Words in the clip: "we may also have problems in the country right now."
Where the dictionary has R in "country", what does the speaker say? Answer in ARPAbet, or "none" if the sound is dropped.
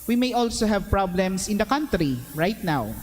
R